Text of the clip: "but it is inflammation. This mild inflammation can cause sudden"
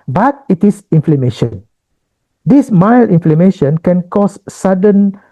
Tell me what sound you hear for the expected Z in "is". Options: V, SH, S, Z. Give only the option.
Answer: S